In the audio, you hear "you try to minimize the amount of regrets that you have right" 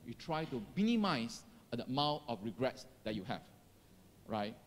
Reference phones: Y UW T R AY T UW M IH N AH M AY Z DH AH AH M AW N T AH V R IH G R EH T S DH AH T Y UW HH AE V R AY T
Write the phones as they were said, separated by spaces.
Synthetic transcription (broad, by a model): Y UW T R AY T UW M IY N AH M AY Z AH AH M AW T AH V R IH G R EH T S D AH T Y UW HH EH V R AY T